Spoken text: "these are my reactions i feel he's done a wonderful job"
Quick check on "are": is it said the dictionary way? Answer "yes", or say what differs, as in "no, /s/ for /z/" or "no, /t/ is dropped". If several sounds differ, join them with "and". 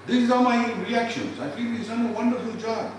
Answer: no, /l/ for /ɹ/